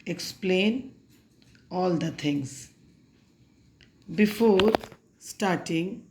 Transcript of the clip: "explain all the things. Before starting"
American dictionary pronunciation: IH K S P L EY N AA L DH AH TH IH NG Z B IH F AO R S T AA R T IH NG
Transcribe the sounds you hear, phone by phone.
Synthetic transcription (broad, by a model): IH K S P L EY N AA L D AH T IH NG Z B IH F AO R S T AA R T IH NG